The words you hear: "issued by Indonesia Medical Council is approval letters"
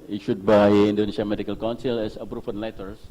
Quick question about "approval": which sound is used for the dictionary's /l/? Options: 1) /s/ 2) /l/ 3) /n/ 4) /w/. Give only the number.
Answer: 3